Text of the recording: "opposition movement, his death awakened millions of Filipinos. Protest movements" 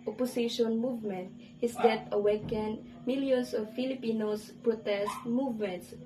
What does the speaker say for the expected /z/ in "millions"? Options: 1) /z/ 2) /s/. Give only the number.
2